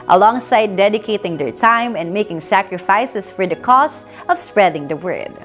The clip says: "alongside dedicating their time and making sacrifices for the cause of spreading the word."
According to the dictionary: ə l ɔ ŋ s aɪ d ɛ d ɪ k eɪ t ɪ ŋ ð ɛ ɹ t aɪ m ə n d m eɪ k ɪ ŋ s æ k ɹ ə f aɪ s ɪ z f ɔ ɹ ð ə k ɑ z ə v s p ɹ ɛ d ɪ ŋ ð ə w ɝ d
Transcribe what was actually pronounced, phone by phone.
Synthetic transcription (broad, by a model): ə l ɔ ŋ s aɪ d ɛ d ɪ k eɪ t ɪ ŋ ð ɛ ɹ t aɪ m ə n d m eɪ k ɪ ŋ s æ k ɹ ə f aɪ s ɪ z f ɔ ɹ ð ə k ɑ s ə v s p ɹ ɛ d ɪ ŋ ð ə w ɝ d